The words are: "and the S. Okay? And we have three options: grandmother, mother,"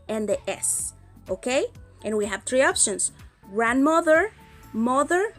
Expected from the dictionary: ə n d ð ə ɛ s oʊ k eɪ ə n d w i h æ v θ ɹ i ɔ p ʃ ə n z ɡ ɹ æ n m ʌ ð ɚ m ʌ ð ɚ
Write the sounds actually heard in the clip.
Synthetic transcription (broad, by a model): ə n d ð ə ɛ s oʊ k eɪ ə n w i h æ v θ ɹ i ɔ p ʃ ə n s ɡ ɹ æ n m ʌ ð ɚ m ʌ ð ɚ